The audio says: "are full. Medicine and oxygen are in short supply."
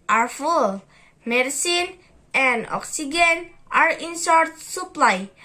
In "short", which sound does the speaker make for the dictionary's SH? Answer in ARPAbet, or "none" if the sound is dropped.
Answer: S